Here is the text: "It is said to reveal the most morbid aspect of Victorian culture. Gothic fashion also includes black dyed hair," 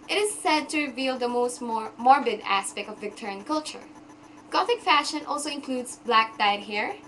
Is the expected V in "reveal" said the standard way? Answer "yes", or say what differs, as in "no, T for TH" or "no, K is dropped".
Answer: yes